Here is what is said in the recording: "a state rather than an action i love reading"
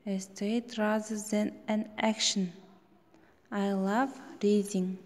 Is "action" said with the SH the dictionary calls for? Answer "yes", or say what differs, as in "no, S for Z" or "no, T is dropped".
yes